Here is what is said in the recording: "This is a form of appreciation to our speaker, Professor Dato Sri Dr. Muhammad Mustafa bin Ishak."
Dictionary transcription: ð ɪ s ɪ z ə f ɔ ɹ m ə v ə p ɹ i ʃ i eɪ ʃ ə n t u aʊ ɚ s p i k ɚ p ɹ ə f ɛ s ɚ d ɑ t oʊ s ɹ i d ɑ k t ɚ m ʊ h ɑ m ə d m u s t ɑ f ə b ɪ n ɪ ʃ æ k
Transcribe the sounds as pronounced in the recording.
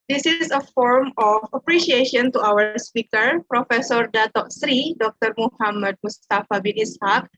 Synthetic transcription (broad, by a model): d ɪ s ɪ s ə f ɔ ɹ m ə f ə p ɹ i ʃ i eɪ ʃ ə n t u aʊ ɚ s p i k ɚ p ɹ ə f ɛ s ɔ d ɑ t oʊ s ɹ i d ɑ k t ɚ m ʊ h ɑ m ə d m u s t ɑ f ə b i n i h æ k